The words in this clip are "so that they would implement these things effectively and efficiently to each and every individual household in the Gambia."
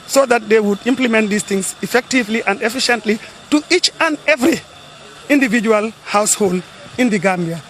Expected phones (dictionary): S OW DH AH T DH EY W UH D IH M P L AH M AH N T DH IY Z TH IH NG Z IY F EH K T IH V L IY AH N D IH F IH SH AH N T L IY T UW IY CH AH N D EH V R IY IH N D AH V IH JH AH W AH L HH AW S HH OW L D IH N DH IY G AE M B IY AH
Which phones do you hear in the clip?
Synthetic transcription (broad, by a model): S OW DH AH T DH EY W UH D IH M P L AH M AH N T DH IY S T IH NG S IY F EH K T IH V L IY AH N D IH F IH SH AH N T L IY T UW IY CH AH N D EH V R IY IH N D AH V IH JH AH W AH L HH AW S HH OW L D IH N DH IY G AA M B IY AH